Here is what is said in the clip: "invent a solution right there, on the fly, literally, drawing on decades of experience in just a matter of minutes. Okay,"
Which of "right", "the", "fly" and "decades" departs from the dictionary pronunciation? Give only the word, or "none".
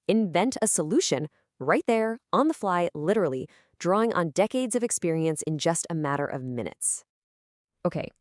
none